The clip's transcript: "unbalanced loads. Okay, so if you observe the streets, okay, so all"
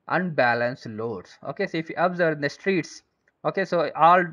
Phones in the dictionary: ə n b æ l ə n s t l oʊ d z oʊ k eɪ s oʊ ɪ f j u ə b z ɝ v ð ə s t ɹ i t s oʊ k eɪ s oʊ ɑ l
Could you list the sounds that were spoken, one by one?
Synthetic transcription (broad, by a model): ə n b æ l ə n s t l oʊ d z oʊ k eɪ s oʊ ɪ f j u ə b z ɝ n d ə s t ɹ i t s oʊ k eɪ s oʊ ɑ l